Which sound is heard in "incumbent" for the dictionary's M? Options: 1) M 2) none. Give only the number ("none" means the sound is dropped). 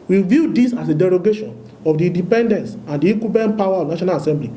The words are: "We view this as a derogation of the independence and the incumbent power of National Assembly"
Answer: 2